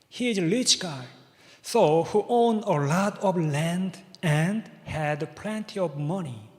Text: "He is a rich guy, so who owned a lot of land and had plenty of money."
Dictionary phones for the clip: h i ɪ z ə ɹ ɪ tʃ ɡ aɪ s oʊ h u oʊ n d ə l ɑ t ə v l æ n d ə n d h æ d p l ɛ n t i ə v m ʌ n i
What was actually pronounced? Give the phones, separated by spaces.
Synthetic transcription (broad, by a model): h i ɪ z ə l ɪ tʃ ɡ aɪ s oʊ h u oʊ n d ə l ɑ t ə v l æ n d ə n d h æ d p l ɛ n t i ə v m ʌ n i